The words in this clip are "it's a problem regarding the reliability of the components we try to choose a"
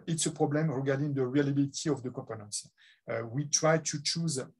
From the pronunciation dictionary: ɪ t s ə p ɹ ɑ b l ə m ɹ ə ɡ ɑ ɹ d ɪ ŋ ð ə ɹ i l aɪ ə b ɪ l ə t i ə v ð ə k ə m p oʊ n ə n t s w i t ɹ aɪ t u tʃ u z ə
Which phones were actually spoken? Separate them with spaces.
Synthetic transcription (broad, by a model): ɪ t s ə p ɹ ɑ b l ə m ɹ ə ɡ ɑ ɹ d ɪ ŋ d ə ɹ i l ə b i l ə t i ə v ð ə k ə p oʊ n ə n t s w i t ɹ aɪ t u tʃ u z